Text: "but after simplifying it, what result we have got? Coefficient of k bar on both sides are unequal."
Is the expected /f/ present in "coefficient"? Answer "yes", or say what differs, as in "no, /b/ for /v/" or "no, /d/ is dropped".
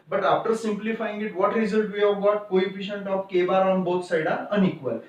no, /p/ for /f/